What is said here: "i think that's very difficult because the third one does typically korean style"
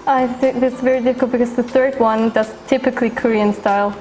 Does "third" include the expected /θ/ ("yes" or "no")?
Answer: yes